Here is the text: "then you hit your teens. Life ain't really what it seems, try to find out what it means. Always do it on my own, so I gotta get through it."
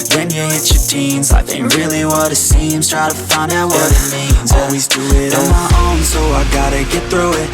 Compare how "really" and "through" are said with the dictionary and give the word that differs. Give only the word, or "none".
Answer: none